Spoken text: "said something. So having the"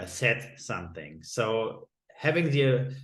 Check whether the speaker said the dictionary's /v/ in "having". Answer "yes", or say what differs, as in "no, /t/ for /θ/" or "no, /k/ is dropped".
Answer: yes